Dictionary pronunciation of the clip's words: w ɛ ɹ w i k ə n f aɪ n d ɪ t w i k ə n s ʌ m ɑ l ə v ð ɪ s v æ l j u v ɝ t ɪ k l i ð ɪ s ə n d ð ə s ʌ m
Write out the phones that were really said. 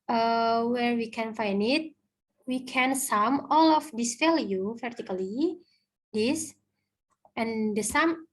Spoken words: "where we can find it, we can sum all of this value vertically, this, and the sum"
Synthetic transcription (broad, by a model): w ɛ ɹ w i k ə n f aɪ n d ɪ t w i k ə n s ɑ m ɑ l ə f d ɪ s f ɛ l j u f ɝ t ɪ k l i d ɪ s ə n d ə s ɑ m